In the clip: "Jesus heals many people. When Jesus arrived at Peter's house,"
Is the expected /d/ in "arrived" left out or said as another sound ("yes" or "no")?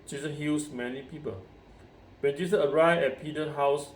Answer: yes